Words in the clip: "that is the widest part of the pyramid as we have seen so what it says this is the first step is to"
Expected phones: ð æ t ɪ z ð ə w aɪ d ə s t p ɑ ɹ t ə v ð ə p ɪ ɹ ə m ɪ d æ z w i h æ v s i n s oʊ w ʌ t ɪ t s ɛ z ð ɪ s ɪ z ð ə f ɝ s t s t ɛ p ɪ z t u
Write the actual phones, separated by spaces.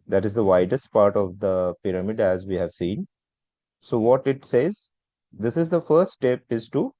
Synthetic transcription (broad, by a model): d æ t ɪ z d ə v aɪ d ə s t p ɑ ɹ t ə v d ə p ɪ ɹ ə m ɪ d æ z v i h æ v s i n s oʊ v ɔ t ɪ t s ɛ z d ɪ s ɪ z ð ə f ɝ t s t ɛ p ɪ z t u